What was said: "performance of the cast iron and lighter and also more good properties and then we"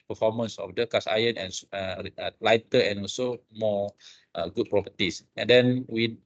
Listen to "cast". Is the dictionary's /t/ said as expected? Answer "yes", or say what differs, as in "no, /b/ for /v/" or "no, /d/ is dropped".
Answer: no, /t/ is dropped